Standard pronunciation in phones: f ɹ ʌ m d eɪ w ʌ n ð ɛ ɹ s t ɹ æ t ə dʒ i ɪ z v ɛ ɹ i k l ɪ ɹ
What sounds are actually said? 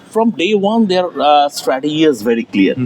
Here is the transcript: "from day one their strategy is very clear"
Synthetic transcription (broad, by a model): f ɹ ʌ m d eɪ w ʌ n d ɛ ɹ s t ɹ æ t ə i ɪ z v ɛ ɹ i k l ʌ ɹ